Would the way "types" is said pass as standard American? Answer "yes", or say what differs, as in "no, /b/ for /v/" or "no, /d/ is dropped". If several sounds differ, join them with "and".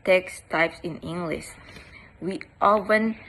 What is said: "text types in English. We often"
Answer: yes